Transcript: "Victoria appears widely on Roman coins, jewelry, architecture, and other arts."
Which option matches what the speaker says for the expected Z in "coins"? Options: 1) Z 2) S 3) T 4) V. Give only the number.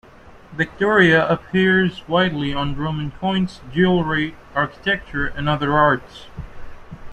2